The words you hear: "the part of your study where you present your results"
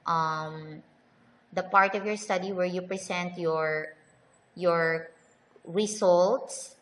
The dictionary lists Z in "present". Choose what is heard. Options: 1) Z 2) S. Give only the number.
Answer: 2